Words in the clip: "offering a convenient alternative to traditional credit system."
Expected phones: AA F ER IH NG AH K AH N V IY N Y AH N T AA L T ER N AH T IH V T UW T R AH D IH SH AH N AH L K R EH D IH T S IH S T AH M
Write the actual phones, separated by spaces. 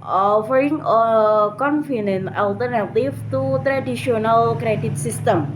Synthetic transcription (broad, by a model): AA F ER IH NG AH K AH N F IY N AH N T AA L T ER N AH T IH V T UW T R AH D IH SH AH N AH L K R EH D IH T S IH S T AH M